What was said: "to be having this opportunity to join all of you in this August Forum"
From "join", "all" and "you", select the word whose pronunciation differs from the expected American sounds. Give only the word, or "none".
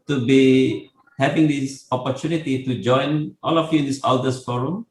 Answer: none